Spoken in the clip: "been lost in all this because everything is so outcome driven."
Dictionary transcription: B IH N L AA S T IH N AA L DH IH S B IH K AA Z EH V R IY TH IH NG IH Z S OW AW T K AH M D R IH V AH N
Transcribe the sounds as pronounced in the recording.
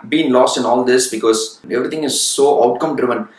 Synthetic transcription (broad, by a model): B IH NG L AA S T IH N AA L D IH S B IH K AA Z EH V R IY T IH NG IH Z S OW AW T K AH M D R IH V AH N